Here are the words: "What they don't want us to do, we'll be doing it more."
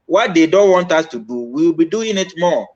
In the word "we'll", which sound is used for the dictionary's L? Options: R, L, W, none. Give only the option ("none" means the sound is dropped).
W